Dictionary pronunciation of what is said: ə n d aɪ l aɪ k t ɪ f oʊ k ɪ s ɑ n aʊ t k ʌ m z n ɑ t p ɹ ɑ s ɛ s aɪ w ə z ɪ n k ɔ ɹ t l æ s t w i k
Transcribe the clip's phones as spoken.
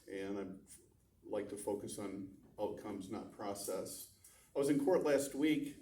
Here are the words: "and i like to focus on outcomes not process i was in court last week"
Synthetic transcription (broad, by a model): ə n aɪ l aɪ k t ɪ f oʊ k ɪ s n aʊ t k ʌ m z n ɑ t p ɹ ɑ s ɛ s aɪ w ə z ɪ n k ɔ ɹ t l æ s t w i k